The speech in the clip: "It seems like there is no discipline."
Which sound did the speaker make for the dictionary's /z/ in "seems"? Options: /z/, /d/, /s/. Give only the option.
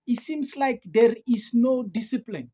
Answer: /s/